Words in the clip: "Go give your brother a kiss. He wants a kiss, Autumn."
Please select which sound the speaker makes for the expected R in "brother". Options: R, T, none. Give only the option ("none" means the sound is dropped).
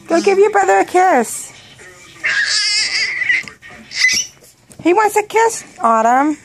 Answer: none